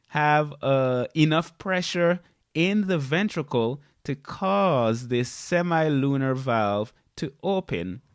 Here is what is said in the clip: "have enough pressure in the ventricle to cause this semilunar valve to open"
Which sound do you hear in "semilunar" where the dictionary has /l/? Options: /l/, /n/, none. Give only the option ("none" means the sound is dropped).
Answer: /l/